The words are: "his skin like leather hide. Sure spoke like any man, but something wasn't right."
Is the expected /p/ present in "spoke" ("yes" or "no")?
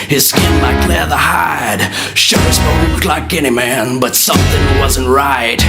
no